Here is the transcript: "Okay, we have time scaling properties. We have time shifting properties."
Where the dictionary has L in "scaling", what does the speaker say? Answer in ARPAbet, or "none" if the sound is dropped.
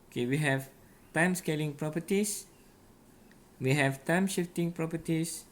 L